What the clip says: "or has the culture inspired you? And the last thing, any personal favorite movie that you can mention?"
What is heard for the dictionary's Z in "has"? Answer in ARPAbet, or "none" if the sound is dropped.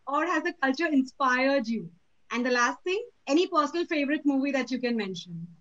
Z